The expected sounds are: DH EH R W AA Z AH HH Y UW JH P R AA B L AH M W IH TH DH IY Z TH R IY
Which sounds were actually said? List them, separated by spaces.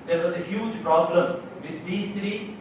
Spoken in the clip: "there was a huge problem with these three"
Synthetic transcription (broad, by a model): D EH R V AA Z AH HH Y UW JH P R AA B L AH M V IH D IY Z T R IY